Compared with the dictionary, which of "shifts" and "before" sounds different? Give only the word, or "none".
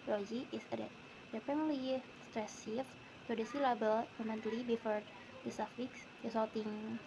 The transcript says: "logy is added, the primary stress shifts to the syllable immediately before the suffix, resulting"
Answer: shifts